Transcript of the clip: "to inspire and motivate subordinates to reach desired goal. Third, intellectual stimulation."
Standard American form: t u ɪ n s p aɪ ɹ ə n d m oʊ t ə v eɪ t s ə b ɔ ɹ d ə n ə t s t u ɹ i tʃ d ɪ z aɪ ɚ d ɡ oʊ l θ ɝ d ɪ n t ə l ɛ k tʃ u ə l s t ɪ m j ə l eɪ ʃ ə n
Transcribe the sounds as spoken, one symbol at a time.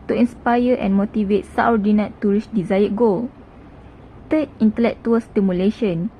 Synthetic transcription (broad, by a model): t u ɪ n s p aɪ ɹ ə n m oʊ t ə v eɪ t s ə ɔ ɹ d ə n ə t t u ɹ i s d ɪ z aɪ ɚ ɡ oʊ l t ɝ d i n t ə l ɛ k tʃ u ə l s t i m j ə l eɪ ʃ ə n